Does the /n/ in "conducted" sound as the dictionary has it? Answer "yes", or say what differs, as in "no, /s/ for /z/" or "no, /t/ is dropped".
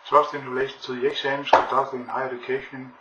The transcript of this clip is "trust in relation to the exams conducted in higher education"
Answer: no, /n/ is dropped